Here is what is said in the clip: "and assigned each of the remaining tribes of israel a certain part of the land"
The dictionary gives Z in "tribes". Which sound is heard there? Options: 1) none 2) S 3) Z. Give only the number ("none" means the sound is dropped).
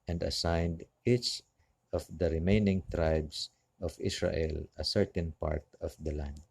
2